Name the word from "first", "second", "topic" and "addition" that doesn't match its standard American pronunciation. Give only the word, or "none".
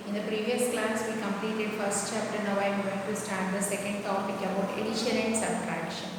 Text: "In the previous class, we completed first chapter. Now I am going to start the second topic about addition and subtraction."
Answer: addition